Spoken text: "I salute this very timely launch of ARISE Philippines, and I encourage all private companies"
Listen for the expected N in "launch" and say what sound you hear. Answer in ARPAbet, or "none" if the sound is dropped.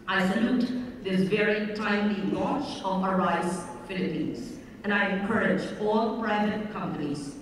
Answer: none